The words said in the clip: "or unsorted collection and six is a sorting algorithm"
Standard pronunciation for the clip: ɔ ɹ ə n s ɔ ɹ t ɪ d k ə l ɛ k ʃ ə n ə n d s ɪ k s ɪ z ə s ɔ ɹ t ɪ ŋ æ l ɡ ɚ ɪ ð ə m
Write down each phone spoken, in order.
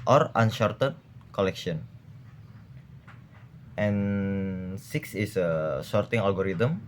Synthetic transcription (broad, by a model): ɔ ɹ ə n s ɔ ɹ t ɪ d k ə l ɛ k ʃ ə n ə n s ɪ k s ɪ s ə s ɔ ɹ t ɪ ŋ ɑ l ɡ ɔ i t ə m